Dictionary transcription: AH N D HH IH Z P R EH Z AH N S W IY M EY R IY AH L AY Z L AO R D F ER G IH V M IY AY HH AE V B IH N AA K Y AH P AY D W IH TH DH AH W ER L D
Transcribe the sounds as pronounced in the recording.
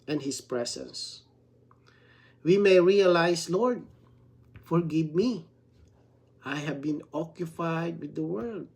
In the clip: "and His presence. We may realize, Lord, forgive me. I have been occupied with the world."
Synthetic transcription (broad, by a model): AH N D HH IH S P R EH S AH N S W IY M EY R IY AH L AY S L AO R D F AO G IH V M IY AY HH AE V B IH N AA K Y AH P AY D W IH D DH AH W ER L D